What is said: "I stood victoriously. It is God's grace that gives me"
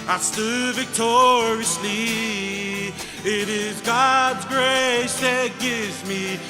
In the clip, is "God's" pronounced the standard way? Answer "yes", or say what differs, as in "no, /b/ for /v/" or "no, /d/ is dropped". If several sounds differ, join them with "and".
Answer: yes